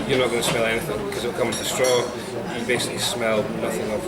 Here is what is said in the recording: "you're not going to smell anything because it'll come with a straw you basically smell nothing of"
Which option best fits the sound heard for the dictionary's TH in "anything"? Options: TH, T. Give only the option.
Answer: TH